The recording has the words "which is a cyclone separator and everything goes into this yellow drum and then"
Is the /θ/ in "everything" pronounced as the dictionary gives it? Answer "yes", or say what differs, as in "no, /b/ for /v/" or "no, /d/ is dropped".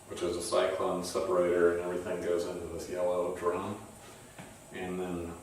yes